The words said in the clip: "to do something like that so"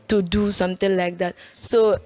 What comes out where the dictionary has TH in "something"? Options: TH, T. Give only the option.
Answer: T